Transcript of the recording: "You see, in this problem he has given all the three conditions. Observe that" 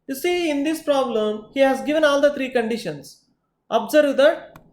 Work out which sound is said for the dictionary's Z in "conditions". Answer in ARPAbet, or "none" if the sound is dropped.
S